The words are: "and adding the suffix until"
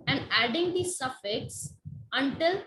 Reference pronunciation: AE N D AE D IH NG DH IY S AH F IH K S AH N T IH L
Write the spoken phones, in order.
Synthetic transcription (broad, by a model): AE N D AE D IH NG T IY S AH F IH K S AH N T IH L